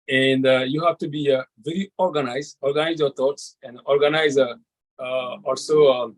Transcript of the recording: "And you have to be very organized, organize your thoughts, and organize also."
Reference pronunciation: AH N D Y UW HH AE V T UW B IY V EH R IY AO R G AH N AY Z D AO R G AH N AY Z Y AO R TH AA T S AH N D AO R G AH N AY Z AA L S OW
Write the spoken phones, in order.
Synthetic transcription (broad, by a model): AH N D Y UW HH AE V T UW B IY V EH R IY AO R G AH N AY Z D AO R G AH N AY Z Y AO R T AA T S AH N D AO R G AH N AY Z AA L S OW